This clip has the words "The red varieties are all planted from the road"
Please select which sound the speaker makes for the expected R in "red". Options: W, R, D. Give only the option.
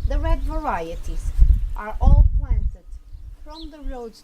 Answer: R